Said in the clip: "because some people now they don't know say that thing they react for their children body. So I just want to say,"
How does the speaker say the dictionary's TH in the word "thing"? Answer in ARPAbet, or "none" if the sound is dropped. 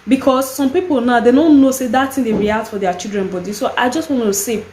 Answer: T